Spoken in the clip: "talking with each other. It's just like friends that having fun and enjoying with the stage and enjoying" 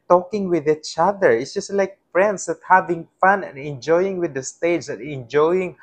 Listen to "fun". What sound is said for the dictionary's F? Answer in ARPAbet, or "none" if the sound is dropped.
F